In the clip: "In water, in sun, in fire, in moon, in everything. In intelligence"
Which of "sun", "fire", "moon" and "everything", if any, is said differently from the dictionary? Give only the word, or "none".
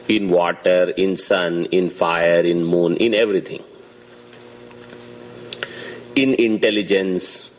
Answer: everything